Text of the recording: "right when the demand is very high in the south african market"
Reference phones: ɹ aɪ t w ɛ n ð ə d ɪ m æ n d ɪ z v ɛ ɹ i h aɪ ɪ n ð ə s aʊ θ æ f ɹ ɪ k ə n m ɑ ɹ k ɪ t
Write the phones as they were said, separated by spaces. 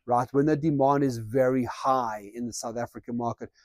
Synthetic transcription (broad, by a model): ɹ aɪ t w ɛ n ð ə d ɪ m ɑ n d ɪ z v ɛ ɹ i h aɪ ɪ n ð ə s aʊ θ æ f ɹ ɪ k ə n m ɑ ɹ k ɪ t